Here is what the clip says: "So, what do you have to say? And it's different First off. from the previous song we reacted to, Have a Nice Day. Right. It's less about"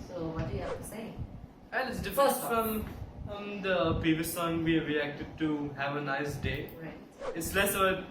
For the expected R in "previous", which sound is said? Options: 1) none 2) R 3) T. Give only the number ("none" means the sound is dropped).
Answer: 1